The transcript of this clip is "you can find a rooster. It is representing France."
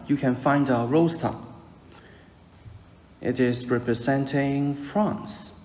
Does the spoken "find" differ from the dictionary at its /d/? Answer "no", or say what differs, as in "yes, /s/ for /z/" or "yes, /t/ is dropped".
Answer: no